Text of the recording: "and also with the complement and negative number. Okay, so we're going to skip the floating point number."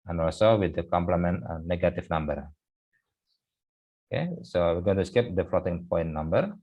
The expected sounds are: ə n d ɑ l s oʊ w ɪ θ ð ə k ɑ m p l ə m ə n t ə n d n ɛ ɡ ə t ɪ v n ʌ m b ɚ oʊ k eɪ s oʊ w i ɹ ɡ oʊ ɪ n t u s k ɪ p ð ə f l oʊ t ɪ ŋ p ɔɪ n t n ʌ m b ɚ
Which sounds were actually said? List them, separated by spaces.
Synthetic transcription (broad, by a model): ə n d ɑ l s oʊ w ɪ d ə k ɑ m p l ə m ə n t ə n n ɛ ɡ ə t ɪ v n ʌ m b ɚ oʊ k eɪ s oʊ w i ɹ ɡ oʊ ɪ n t u s k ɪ p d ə f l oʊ t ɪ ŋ p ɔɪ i n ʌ m b ɚ